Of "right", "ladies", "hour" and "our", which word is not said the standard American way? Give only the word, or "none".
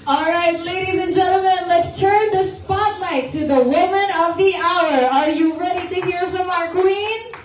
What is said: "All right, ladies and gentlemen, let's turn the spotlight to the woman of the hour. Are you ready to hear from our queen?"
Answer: none